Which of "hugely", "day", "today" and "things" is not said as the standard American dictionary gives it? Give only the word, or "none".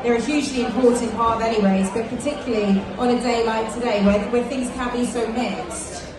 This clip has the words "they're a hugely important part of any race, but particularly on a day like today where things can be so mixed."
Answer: none